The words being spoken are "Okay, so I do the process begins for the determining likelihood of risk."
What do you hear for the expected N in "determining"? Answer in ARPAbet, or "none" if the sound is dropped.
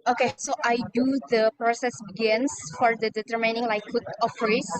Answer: N